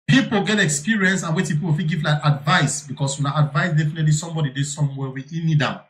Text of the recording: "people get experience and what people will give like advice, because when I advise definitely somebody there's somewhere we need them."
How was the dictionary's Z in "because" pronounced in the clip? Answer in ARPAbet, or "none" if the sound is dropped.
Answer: S